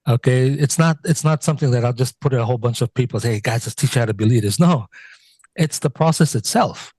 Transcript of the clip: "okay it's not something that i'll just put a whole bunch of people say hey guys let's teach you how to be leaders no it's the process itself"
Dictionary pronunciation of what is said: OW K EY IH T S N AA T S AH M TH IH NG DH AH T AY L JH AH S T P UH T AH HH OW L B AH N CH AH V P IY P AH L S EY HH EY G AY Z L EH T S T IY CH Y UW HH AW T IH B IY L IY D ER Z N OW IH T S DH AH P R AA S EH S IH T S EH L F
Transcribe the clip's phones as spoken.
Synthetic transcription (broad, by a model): OW K EY IH T S N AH T S AH M TH IH NG DH AH T AY L JH AH S P UH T AH HH OW L B AH N CH AH V P IY P L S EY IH G AY Z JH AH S T IY CH HH AW T IH B IY L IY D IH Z N OW IH T S DH AH P R AA S EH S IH T S EH L F